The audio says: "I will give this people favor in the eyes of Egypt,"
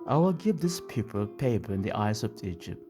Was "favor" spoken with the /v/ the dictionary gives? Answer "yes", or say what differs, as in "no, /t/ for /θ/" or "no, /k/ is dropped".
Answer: no, /p/ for /v/